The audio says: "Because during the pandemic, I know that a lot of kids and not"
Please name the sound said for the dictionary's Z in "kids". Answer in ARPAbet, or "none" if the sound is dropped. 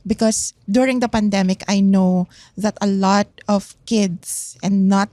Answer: S